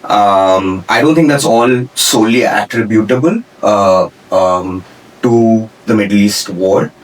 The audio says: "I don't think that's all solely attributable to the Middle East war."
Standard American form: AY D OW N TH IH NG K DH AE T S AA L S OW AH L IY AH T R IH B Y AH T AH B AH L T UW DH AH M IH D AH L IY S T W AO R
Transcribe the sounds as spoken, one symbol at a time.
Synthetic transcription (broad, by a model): AY D OW N T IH NG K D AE T S AA L S OW L IY AH T R IH B Y AH T AH B AH L T UW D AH M IH D AH L IY S T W AO R